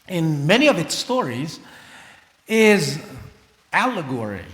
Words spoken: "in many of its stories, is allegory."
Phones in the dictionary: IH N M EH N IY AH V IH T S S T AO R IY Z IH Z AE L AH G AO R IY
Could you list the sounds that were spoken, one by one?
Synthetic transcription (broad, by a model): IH N M EH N IY AH V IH T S S T AO R IY Z IH Z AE L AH G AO R IY